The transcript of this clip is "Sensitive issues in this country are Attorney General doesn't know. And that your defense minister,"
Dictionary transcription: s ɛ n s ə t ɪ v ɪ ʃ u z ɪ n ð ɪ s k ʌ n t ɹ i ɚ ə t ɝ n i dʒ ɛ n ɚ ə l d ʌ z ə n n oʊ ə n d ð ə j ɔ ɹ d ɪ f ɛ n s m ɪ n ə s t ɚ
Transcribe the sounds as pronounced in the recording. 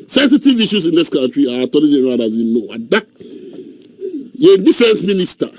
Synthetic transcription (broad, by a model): s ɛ n s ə t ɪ v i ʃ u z ɪ n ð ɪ s k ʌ n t ɹ i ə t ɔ l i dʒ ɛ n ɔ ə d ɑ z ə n n oʊ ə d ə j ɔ d ɪ f ɛ n s m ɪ n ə s t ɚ